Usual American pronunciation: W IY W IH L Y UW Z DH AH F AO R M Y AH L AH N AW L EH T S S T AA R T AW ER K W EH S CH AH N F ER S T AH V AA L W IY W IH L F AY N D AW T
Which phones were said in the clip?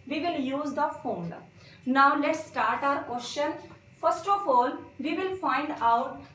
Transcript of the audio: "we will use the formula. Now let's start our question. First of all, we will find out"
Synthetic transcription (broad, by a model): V IY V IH L Y UW Z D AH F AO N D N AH AH L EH T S S T AA R T AW ER K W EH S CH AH N F ER S T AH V AA L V IY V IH L F AY N D AW T